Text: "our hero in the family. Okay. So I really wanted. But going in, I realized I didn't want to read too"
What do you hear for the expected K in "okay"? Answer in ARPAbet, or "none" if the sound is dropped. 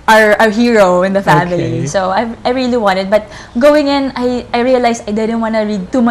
none